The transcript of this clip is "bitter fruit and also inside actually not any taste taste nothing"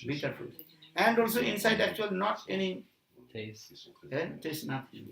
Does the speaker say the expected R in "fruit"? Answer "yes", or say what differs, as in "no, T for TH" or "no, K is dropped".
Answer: no, R is dropped